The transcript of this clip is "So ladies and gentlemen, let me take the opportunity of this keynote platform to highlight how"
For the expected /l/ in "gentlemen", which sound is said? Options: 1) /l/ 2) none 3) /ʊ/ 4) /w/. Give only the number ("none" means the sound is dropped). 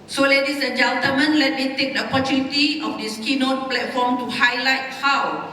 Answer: 2